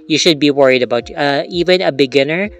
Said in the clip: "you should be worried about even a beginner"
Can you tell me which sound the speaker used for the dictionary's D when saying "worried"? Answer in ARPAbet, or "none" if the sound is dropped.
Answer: D